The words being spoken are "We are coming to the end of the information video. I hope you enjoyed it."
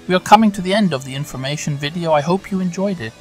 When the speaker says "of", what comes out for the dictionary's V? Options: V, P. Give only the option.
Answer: V